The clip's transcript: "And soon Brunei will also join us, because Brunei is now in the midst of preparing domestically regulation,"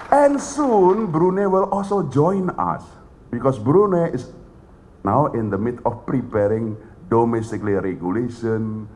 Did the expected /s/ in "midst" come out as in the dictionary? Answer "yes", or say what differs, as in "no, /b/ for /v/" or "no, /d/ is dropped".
no, /s/ is dropped